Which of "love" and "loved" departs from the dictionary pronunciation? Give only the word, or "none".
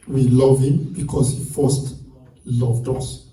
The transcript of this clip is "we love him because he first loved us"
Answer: none